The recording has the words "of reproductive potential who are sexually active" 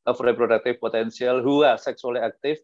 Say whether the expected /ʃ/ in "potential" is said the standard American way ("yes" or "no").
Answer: no